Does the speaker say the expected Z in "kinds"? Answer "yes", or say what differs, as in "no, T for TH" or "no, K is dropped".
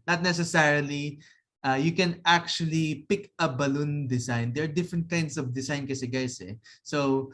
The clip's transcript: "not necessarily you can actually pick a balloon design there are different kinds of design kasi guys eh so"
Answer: no, S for Z